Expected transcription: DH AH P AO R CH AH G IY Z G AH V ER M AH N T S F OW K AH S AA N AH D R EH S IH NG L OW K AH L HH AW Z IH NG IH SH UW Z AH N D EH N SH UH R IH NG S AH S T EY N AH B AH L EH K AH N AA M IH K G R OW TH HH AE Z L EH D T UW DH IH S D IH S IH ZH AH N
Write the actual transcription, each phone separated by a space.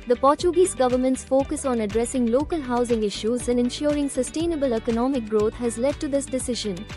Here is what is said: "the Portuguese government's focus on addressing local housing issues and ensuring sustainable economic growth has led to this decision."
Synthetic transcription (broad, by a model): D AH P AO R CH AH G IY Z G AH V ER M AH N T S F OW K AH S AA N AH D R EH S IH NG L OW K AH L HH AW Z IH NG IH SH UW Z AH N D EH N SH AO R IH NG S AH S T EY N AH B AH L EH K AH N AA M IH K G R OW T HH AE Z L EH D T UW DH IH S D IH S IH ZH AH N